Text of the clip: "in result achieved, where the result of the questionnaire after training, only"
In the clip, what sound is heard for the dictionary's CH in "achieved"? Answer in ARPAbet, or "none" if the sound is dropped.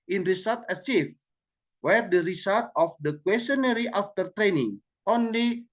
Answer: S